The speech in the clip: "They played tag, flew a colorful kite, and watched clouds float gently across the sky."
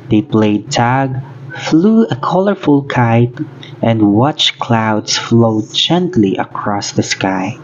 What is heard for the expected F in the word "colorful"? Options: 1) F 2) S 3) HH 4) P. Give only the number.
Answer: 1